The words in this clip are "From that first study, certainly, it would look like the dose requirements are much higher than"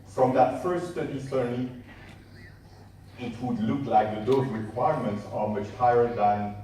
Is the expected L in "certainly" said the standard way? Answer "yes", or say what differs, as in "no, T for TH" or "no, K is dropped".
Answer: no, L is dropped